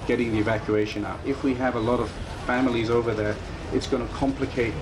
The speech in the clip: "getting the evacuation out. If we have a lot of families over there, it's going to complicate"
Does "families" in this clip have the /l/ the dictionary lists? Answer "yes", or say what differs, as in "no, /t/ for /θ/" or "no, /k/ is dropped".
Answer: yes